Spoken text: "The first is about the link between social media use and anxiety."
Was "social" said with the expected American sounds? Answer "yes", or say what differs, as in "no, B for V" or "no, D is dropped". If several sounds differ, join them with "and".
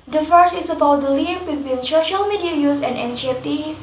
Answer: yes